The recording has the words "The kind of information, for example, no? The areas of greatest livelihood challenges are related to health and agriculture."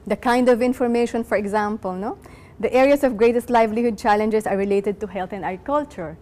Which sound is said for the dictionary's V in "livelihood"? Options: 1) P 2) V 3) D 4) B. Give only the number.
2